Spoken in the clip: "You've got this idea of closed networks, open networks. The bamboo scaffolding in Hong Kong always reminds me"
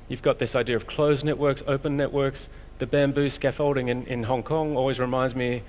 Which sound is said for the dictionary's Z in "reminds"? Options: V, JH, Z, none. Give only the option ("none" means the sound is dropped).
Z